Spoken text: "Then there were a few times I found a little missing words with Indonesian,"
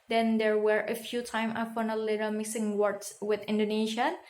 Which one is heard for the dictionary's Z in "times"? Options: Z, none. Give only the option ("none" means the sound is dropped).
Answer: none